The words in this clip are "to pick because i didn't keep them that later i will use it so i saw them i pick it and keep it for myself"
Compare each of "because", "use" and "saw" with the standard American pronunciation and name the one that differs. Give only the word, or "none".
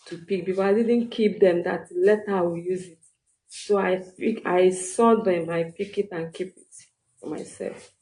because